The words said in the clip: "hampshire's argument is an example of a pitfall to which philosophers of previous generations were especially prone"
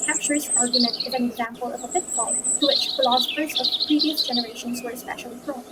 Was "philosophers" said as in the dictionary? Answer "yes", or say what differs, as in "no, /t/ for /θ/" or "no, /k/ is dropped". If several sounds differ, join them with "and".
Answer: yes